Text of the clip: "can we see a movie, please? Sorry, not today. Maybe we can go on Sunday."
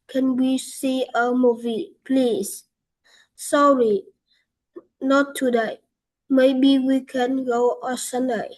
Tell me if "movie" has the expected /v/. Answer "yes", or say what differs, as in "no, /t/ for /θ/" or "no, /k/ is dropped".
yes